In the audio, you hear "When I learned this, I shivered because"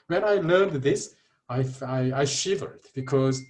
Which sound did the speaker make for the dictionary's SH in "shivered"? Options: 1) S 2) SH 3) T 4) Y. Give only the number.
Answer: 2